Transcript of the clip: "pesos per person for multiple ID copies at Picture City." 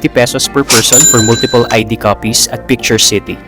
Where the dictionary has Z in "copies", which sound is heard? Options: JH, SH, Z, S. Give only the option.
S